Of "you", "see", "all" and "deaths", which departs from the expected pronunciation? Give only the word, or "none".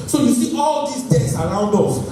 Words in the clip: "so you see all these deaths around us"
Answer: deaths